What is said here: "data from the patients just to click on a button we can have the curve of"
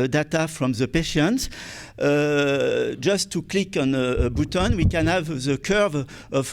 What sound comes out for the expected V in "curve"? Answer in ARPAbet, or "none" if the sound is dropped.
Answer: V